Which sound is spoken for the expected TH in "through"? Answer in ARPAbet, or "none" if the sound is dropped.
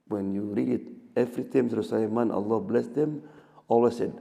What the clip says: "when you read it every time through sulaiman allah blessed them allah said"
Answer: S